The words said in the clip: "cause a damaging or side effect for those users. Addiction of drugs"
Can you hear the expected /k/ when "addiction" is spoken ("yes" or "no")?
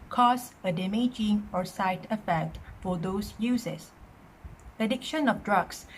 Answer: yes